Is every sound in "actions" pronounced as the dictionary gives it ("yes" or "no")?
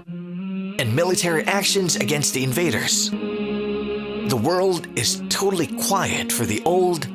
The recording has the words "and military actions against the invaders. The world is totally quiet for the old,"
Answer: yes